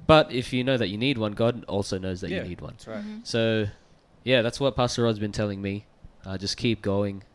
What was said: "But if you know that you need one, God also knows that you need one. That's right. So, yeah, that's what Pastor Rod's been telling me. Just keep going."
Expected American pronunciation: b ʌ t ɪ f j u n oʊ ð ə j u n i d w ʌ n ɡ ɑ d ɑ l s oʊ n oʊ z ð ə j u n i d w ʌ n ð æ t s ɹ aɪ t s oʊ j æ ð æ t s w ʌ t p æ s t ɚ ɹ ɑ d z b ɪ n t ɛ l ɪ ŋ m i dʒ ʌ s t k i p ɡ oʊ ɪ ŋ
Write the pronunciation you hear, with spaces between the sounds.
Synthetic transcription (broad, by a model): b ʌ t ɪ f j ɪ n oʊ ð ə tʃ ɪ n i d w ʌ n ɡ ɑ d ɑ l s oʊ n oʊ z ð ə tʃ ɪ n i d w ʌ n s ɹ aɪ s oʊ j æ ð æ t s w ʌ t p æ s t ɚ ɹ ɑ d z b ɪ n t ɛ l ɪ ŋ m i dʒ ʌ s k i p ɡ oʊ ɪ ŋ